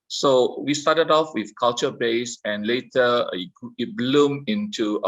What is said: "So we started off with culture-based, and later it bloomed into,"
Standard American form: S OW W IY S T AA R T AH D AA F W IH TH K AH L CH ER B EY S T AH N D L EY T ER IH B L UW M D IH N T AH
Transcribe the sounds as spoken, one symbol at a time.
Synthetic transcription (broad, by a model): S OW W IY S T AA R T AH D AA F W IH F K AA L CH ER B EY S AH N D L EY T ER IH B L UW M IH N T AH